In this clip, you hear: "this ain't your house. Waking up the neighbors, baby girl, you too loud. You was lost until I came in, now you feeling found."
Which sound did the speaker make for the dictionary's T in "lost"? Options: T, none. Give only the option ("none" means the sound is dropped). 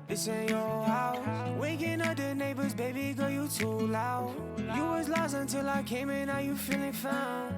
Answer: none